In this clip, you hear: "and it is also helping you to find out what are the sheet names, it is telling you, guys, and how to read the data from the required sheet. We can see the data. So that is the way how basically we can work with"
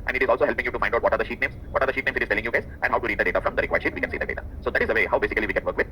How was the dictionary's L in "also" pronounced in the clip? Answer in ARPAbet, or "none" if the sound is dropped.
L